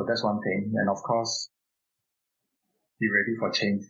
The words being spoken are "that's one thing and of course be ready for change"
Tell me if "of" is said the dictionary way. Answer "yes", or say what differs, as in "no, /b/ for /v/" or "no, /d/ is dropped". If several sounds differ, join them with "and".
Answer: no, /f/ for /v/